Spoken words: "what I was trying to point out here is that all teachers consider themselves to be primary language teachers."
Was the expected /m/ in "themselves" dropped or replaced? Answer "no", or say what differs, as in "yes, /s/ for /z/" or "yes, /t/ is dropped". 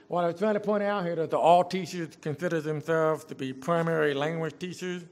no